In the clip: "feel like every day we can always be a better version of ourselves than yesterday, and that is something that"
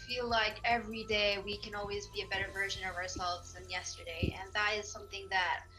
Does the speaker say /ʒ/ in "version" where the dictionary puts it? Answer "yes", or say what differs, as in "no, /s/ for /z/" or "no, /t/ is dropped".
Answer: yes